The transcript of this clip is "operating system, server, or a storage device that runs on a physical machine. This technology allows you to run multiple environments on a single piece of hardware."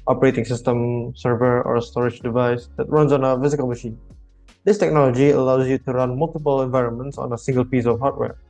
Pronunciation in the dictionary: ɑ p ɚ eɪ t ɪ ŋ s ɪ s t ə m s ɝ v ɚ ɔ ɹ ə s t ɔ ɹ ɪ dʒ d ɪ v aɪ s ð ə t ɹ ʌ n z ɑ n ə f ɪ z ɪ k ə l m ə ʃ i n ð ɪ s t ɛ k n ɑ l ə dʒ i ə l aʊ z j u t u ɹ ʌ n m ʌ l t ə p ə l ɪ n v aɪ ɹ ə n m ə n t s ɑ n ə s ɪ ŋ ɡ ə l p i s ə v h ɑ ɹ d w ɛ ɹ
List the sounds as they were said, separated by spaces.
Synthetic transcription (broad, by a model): ɑ p ɚ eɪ t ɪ ŋ s ɪ s t ə m s ɝ v ɚ ɔ ɹ ə s t ɔ ɹ ɪ dʒ d ɪ v aɪ s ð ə t ɹ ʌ n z ɑ n ə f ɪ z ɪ k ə l m ə ʃ i n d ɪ s t ɛ k n ɑ l ə dʒ i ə l aʊ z j u t u ɹ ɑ n m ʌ l t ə p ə l ɪ n v aɪ ɹ ə n m ə n t s ɑ n ə s ɪ ŋ ɡ ə l p i s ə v h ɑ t w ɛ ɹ